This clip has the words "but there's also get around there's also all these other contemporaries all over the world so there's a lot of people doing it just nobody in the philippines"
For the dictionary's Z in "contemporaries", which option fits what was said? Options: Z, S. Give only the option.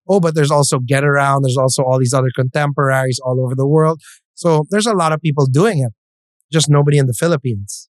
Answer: Z